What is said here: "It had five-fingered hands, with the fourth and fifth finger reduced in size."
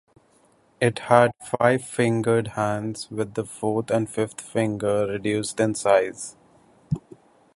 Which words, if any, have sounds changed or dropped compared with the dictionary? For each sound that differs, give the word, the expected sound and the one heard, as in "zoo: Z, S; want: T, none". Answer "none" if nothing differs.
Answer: fourth: TH, T; fifth: TH, T